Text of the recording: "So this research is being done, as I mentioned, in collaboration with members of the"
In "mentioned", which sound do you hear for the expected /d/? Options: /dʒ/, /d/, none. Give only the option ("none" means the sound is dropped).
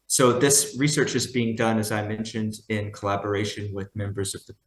/d/